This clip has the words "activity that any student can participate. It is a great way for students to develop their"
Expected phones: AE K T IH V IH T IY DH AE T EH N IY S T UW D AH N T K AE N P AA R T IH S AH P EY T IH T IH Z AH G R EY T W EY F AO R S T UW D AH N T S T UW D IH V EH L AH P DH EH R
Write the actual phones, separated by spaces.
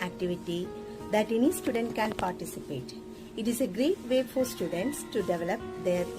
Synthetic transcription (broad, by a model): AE K T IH V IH T IY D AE T EH N IY S T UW D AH N T K AE N P AA R T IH S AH P EY T IH T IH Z AH G R EY T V EY F AO R S T UW D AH N T S T UW D IH V EH L AH P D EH R